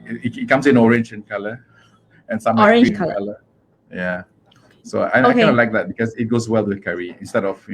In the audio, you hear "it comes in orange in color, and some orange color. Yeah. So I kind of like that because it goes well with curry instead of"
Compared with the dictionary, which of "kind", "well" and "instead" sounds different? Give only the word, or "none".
kind